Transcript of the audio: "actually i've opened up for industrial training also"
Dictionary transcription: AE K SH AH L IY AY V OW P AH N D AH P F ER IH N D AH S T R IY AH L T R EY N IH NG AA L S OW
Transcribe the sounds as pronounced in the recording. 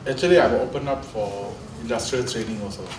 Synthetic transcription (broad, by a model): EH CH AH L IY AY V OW P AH N AH P F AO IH N D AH S T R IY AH L T R EY N IH NG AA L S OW